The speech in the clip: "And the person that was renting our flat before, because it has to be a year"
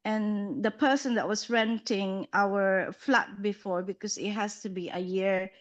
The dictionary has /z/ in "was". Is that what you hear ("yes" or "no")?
no